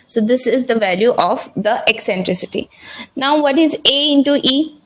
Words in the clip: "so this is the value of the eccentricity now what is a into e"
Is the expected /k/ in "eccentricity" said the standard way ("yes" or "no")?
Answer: yes